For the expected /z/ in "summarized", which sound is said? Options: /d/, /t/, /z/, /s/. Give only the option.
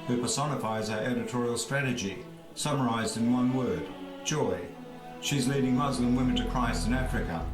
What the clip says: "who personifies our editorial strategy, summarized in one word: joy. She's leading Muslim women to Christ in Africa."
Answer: /z/